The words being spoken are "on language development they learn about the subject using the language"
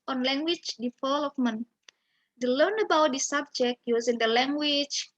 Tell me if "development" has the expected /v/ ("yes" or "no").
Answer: no